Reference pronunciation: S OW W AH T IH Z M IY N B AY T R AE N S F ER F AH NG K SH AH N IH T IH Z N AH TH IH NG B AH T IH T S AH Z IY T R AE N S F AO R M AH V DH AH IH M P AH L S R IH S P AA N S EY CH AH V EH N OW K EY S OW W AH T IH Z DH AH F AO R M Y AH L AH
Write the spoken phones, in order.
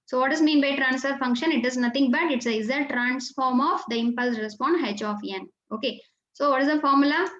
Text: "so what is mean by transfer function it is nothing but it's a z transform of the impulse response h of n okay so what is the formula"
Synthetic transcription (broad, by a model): S OW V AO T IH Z M IY N B AY T R AE N S F ER F AH NG K SH AH N IH T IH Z N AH T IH NG B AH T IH T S AH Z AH T R AE N S F AO R M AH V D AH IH M P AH L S R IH S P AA N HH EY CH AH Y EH N OW K EY S OW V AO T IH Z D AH F AO R M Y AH L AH